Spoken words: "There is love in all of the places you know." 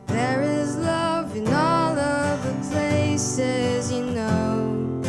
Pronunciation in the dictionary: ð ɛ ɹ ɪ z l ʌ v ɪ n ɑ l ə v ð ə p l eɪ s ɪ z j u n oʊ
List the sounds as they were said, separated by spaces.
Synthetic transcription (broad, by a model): ð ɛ ɹ ɪ z l ʌ v ɪ n ɑ l ə v ð ə p l eɪ s ɪ z j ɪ n oʊ